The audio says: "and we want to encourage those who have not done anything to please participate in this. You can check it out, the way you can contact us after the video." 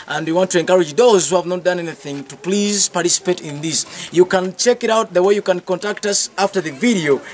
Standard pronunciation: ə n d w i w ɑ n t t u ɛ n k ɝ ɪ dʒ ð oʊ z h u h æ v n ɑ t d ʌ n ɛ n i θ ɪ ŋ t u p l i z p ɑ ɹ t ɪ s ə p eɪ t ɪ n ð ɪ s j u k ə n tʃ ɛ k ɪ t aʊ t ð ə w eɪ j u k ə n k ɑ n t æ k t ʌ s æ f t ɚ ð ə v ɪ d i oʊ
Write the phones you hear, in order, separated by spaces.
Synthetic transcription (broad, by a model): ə n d w i w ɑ n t t u ɛ n k ɝ ɪ dʒ ð oʊ z h u h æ v n ɑ t d ʌ n ɛ n i θ ɪ ŋ t u p l i z p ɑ ɹ t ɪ s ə p eɪ t ɪ n ð ɪ s j u k ə n tʃ ɛ k ɪ t aʊ t ð ə w eɪ j u k ə n k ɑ n t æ k t ʌ s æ f t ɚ ð ə v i d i oʊ